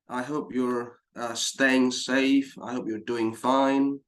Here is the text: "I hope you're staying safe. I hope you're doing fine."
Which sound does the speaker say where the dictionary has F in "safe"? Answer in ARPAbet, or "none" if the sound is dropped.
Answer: F